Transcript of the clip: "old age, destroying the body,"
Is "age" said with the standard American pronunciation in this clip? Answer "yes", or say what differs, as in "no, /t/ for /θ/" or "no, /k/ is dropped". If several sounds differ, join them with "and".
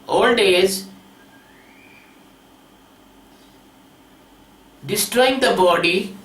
no, /z/ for /dʒ/